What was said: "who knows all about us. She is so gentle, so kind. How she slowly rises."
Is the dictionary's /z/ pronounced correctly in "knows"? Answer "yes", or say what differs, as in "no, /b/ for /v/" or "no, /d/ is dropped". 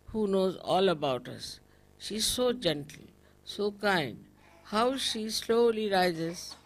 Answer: yes